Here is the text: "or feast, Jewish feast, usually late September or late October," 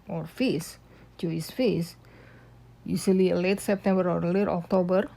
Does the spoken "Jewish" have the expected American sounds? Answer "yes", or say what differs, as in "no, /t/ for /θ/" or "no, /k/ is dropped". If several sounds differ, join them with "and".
no, /s/ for /ʃ/